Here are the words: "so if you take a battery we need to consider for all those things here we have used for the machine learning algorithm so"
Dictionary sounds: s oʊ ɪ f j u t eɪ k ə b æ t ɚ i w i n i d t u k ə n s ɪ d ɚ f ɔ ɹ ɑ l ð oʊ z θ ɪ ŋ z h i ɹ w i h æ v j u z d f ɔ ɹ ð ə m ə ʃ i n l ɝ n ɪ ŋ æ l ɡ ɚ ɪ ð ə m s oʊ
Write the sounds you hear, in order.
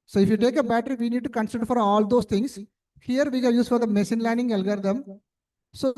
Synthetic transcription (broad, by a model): s oʊ ɪ f j u t eɪ k ə b æ t ɚ i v i n i d t u k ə n s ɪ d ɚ f ɔ ɹ ɑ l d oʊ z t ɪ ŋ s h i ɹ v i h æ j u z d f ɔ ɹ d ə m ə s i n l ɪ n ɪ ŋ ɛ l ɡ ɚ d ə m s oʊ